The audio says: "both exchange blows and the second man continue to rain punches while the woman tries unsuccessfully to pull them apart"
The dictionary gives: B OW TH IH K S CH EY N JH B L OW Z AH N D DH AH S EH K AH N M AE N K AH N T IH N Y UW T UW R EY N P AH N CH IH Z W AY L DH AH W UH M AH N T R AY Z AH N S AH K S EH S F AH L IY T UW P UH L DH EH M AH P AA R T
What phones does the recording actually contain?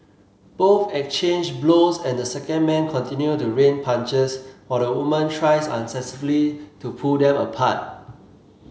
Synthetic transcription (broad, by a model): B OW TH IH K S CH EY N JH B L OW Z AH N D AH S EH K AH N M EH N K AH N T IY N Y UW T UW R EY N P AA N CH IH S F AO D AH W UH M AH N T R AY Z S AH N S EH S AH L IY T UW P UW L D EH M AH P AA T